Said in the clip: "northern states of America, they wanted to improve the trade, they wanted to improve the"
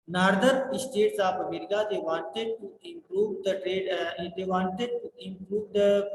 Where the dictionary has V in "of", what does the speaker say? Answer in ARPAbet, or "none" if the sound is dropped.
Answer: P